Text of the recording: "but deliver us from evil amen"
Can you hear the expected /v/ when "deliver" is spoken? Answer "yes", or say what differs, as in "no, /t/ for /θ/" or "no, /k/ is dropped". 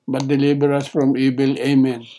no, /b/ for /v/